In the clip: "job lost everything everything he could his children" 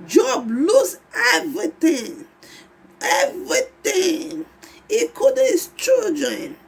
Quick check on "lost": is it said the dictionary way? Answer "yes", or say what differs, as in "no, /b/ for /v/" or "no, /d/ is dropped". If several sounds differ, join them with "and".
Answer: no, /t/ is dropped